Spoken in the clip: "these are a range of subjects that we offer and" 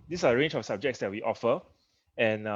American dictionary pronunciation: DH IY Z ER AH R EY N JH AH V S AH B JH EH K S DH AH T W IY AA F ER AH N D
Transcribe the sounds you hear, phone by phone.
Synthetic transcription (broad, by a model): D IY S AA AH R EY N JH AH F S AH B JH EH K S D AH T W IY AA F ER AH N